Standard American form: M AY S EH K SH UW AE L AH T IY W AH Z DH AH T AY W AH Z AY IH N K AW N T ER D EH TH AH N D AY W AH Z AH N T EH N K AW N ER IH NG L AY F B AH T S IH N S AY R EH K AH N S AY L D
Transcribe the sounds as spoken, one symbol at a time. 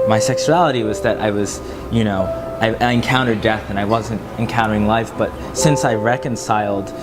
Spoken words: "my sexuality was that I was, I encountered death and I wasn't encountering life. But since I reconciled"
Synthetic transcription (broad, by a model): M AY S EH K SH UW AE L AH T IY W AH Z DH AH T AY W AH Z AY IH N K AW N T ER D EH TH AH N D AY W AH Z AH N T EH N K AW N ER IH NG L AY F B AH T S IH N S AY R EH K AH N S AY L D